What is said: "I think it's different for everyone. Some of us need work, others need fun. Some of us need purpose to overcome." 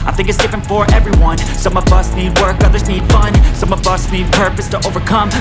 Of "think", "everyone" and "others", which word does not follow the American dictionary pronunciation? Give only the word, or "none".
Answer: none